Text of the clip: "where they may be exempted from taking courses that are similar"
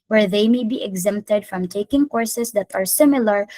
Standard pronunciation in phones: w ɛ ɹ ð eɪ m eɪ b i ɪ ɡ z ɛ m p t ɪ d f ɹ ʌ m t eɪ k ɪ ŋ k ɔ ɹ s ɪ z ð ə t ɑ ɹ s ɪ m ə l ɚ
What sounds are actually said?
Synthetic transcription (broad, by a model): w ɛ ɹ ð eɪ m eɪ b i ɪ ɡ z ɛ m p t ɪ d f ɹ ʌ m t eɪ k ɪ ŋ k ɔ ɹ s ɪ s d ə t ɑ ɹ s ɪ m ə l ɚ